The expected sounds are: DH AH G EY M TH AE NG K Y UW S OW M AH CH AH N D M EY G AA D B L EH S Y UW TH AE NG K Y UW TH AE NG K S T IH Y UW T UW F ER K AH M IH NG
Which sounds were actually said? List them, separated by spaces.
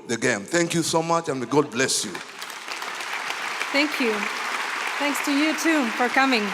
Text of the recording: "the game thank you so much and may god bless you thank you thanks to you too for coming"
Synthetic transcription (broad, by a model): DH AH G EY M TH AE NG K Y UW S OW M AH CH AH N G AA D B L EH S Y UW TH AE NG K Y UW TH AE NG K S T IH Y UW T UW F ER K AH M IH NG